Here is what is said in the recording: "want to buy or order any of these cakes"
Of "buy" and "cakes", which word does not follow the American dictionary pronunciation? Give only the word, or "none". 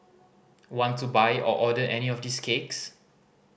none